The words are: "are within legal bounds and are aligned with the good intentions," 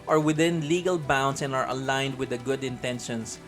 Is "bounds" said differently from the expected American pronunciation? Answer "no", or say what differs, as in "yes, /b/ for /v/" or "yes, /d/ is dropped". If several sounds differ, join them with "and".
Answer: yes, /s/ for /z/